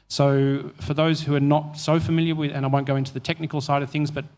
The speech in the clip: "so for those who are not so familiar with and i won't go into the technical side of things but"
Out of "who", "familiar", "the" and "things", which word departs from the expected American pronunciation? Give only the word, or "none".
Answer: none